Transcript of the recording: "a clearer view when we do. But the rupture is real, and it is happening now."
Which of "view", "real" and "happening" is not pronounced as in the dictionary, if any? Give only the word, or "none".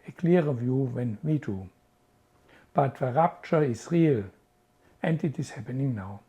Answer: none